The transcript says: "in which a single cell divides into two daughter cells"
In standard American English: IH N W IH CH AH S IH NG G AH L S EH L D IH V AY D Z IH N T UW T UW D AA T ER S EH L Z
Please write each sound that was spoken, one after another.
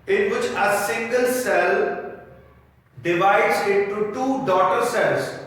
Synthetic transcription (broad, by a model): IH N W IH CH AH S IH NG G AH L S EH L D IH V AY D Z IH N T UW T UW D AA T ER S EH L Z